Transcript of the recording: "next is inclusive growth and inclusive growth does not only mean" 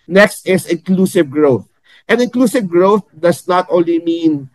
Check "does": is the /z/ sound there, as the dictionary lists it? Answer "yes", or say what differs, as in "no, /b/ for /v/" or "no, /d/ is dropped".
no, /s/ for /z/